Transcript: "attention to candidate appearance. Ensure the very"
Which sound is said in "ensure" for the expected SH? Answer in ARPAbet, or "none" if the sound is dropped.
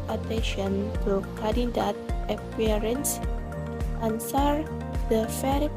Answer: S